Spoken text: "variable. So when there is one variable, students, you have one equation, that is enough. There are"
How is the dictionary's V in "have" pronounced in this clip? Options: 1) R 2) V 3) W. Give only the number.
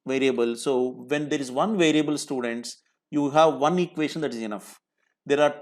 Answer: 2